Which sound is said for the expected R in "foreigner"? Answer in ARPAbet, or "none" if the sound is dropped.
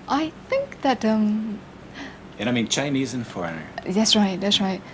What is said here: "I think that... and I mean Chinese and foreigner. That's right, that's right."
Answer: R